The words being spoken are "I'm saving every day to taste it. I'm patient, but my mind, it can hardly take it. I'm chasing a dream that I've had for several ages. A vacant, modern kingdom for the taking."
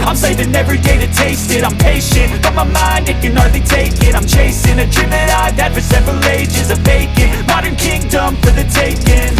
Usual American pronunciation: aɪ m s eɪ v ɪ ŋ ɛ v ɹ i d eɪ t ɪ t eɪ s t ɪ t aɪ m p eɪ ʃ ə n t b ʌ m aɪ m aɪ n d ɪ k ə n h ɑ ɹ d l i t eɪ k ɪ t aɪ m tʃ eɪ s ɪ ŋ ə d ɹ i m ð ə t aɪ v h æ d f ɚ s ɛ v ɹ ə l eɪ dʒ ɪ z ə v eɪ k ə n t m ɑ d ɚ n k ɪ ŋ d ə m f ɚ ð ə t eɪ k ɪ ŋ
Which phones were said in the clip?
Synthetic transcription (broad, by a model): aɪ m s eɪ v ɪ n ɛ v ɹ i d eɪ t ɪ t eɪ s t ɪ t aɪ m p eɪ ʃ ə n t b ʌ m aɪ m aɪ n d ɪ k ə n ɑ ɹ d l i t eɪ k ɪ t aɪ m tʃ eɪ s ɪ ŋ ə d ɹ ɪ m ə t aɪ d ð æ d f ɚ s ɛ v ɹ ə l eɪ dʒ ɪ z ə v eɪ k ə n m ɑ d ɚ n k ɪ ŋ d ə m f ɚ ð ə t eɪ k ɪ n